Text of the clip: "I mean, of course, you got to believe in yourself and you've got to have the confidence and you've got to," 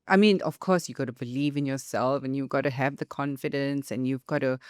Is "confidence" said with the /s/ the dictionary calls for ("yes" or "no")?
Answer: yes